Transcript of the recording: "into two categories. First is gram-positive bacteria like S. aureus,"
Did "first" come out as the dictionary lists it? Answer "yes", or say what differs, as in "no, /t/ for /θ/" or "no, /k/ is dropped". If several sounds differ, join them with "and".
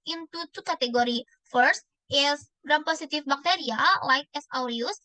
yes